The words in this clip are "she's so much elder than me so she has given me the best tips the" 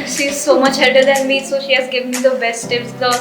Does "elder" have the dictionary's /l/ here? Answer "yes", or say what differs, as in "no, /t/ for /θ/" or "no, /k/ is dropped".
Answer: no, /l/ is dropped